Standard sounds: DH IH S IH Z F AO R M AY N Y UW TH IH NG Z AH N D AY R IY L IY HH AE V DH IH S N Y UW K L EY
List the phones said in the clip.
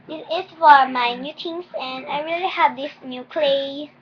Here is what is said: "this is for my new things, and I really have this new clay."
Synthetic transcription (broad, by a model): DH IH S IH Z F AO R M AY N Y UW T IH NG S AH N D AY R IY L IY HH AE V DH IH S N Y UW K L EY